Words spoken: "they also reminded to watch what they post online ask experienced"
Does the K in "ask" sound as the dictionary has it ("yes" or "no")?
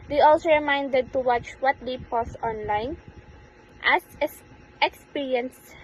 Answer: no